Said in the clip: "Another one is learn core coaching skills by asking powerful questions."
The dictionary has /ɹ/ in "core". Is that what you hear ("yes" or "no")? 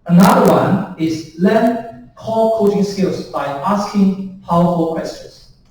no